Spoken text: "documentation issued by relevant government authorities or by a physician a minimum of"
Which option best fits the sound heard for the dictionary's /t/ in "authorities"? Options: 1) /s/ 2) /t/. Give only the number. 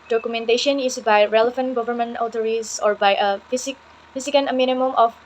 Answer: 1